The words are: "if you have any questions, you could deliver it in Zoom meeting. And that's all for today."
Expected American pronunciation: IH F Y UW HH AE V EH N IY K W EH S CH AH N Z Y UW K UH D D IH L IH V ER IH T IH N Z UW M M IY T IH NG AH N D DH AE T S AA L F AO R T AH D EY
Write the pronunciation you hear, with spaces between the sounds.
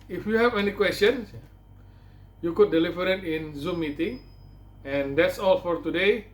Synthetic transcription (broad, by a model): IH F Y UW HH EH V EH N IY K W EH S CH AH N S Y UW K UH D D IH L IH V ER IH T IH N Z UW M M IY T IH NG AH N D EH T S AA L F AO R T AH D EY